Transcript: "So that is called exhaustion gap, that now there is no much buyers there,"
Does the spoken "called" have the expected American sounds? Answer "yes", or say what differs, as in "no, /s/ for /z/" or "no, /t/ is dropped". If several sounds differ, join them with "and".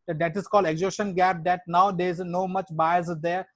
yes